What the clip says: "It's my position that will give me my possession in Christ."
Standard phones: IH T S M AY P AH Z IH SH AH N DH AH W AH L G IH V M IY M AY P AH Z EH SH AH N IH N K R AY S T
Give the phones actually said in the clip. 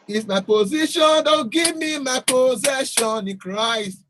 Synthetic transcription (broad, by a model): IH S M AY P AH Z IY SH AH N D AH G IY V M IY M AY P AH Z EH SH AH N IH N K R AY S T